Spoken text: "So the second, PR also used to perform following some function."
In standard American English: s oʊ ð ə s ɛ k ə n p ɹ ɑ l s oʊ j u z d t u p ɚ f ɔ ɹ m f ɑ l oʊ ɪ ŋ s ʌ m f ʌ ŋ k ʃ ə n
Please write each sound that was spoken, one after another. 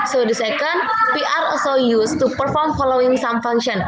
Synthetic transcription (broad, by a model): s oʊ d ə s ɛ k ə n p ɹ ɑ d s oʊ j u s t u p ɚ f ɔ ɹ m f ɑ l oʊ ɪ ŋ s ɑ m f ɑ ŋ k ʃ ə n